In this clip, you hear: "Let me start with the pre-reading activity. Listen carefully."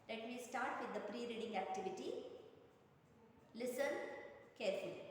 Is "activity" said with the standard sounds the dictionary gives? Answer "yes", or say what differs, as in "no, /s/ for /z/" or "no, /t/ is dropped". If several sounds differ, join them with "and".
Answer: yes